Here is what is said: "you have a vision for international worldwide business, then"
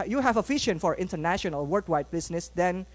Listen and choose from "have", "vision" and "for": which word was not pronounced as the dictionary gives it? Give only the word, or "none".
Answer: vision